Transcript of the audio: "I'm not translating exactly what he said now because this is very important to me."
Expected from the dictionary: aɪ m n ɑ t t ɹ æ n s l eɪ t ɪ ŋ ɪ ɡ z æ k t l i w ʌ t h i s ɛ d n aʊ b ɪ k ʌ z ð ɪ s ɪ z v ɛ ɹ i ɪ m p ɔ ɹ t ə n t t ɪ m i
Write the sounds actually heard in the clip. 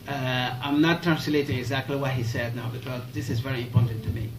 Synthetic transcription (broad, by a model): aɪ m n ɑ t t ɹ æ n s l eɪ t ɪ ŋ ɪ ɡ z æ k t l i w ʌ t h i s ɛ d n aʊ b ɪ k ʌ z ð ɪ s ɪ z v ɛ ɹ i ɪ m p ɔ ɹ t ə n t t ɪ m i